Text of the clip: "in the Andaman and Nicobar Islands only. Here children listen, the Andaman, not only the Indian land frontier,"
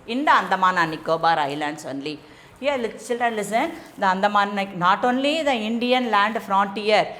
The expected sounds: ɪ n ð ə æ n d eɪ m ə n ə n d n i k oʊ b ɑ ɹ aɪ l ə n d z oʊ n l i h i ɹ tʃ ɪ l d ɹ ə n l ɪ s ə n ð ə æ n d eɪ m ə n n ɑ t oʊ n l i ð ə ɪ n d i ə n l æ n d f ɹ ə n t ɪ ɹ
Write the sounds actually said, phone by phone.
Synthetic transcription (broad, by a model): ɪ n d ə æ n d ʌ m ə n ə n n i k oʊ b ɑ ɹ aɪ l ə n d s oʊ n l i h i l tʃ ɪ l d ɹ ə n l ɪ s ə n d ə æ n d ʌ m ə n n ɑ t oʊ n l i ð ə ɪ n d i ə n l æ n d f ɹ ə n t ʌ ɹ